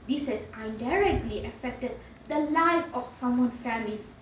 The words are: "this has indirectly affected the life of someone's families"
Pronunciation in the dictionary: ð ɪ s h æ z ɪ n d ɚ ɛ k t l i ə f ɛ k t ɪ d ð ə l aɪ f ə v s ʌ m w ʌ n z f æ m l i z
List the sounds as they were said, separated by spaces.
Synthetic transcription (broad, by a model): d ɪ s h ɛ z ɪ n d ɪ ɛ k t l i ə f ɛ k t ɪ d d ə l aɪ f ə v s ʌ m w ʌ n f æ m l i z